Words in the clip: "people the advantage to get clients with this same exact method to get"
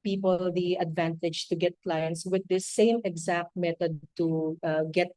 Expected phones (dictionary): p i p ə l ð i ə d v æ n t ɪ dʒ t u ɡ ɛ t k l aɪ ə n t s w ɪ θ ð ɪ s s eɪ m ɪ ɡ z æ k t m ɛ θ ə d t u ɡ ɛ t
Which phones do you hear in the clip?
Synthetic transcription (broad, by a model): p i p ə l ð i ə d v æ n t ɪ dʒ t u ɡ ɛ t k l aɪ ə n t s w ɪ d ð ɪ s s eɪ m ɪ ɡ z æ k t m ɛ t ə d t u ɡ ɛ t